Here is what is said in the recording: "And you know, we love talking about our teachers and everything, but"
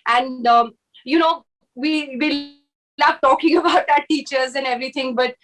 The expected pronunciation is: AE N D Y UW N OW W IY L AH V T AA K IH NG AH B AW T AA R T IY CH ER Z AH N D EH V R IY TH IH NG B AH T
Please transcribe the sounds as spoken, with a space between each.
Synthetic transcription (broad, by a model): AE N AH Y UW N OW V IY L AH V T AA K IH NG AH B AW T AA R T IY CH ER Z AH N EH V R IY T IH NG B AH T